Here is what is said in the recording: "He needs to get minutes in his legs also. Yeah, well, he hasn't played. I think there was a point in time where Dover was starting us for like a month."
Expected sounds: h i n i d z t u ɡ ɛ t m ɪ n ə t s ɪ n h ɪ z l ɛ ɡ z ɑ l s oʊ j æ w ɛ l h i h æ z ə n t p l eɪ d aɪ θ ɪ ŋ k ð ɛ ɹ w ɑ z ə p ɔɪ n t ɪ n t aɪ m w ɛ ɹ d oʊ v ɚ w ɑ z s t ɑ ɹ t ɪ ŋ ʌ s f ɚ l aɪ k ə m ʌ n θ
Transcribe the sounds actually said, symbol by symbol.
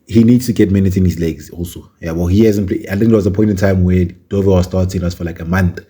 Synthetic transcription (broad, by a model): h i n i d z t u ɡ ɛ t m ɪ n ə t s ɪ n h ɪ z l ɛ ɡ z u s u j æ w ɛ l h i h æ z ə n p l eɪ aɪ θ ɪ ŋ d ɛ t w ɑ z ə p ɔɪ n t ɪ n t aɪ m w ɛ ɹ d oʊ v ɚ w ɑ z s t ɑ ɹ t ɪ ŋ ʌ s f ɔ l aɪ k ə m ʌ n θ